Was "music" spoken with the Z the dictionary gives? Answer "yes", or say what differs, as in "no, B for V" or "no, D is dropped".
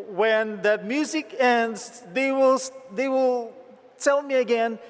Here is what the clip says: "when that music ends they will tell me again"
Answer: yes